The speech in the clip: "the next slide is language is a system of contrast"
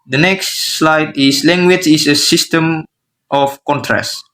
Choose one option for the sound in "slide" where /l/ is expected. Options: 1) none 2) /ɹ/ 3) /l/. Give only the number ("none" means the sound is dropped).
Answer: 3